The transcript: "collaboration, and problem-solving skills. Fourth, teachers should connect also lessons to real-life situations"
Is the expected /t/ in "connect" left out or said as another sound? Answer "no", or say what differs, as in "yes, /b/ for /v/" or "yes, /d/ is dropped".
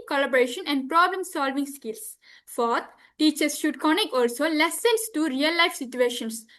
yes, /t/ is dropped